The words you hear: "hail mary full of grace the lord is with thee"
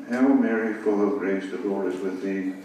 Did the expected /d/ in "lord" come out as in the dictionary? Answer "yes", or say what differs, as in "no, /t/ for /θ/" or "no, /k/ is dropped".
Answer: no, /d/ is dropped